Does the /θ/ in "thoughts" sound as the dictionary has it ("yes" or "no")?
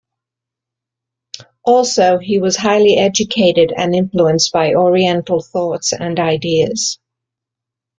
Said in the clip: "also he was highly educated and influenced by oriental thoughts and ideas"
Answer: yes